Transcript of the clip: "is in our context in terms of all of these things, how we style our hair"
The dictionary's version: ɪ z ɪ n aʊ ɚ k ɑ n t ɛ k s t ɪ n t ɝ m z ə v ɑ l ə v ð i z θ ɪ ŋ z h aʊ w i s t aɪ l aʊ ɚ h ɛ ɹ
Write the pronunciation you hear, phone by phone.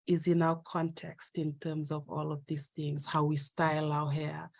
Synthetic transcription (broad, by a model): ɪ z ɪ n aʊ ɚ k ɑ n t ɛ k s t ɪ n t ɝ m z ə v ɑ l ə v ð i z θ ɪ ŋ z h aʊ w i s t aɪ l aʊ h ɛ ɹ